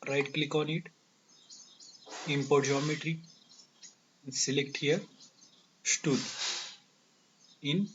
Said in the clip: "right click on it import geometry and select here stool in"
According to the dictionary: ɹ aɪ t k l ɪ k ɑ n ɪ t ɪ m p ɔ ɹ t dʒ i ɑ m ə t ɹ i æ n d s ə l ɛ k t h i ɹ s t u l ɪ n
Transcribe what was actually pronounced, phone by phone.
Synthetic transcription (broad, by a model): ɹ aɪ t k l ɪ k ɑ n ɪ t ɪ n p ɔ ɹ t dʒ i ɑ m ə t ɹ i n s ə l ɛ k t h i ɹ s t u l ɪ n